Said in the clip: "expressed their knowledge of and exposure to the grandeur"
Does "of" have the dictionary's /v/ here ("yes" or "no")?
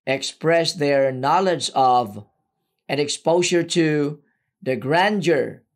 yes